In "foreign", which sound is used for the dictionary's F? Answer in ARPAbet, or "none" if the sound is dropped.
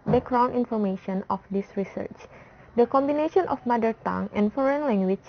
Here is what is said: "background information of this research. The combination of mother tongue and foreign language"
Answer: F